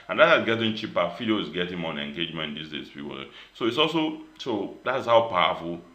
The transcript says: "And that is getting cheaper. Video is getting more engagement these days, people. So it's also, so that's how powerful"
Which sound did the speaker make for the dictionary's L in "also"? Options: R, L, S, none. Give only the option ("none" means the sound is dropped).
L